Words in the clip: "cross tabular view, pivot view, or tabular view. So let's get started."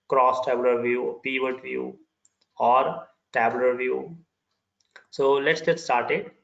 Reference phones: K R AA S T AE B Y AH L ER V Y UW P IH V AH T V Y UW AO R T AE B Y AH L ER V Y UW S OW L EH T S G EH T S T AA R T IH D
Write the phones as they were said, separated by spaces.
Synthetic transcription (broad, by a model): K R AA S T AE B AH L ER V Y UW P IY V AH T V Y UW AO R T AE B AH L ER V Y UW S OW L EH T S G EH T S T AA R T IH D